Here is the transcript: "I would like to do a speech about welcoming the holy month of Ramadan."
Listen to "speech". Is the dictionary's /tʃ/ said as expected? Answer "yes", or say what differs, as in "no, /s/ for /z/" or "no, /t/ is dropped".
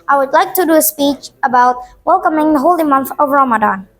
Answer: yes